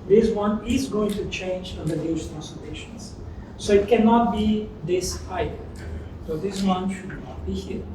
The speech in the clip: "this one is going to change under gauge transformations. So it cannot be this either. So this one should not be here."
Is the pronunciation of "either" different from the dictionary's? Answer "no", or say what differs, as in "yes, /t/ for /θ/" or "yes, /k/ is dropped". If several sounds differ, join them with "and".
yes, /ð/ is dropped